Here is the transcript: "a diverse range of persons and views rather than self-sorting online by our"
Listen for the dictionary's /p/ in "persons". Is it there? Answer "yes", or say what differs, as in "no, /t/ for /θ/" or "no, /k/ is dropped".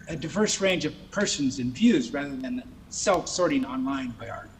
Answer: yes